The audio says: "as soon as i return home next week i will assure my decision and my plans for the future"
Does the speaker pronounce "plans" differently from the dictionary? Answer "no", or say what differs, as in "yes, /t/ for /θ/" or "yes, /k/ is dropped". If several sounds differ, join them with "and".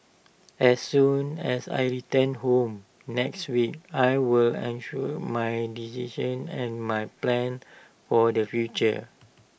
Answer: yes, /z/ is dropped